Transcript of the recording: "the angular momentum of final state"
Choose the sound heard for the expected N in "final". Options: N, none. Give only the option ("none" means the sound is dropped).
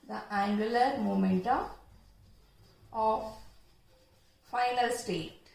N